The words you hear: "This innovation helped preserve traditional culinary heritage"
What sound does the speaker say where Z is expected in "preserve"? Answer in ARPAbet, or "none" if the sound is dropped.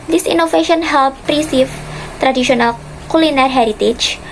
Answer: S